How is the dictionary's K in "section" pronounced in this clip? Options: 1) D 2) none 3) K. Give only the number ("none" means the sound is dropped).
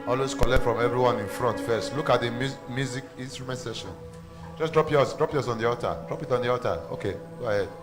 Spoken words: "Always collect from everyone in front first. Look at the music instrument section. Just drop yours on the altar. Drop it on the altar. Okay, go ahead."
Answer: 2